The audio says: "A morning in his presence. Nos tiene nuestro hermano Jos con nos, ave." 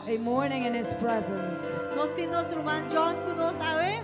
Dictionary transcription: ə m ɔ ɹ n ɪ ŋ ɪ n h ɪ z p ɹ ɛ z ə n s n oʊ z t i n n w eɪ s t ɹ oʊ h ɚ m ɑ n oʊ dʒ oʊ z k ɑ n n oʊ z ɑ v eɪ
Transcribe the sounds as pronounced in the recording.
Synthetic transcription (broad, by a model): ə m ɔ ɹ n ɪ ŋ ɪ n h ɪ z p ɹ ɛ z ə n s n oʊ s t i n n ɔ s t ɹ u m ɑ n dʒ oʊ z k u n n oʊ s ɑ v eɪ